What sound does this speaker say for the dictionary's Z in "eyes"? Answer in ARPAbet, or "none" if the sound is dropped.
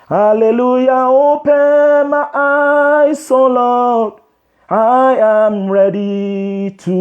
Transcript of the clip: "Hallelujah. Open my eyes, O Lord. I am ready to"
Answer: S